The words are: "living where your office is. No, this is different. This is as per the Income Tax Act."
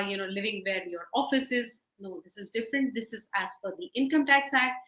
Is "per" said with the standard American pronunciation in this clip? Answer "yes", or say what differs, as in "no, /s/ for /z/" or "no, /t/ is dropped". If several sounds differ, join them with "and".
no, /f/ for /p/